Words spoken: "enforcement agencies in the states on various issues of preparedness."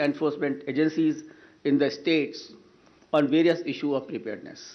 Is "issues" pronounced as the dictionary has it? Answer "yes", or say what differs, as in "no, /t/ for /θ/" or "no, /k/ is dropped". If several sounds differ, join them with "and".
no, /z/ is dropped